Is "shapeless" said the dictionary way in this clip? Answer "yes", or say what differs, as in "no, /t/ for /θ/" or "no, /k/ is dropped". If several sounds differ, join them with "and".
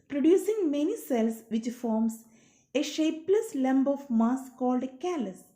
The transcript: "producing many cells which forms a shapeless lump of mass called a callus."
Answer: yes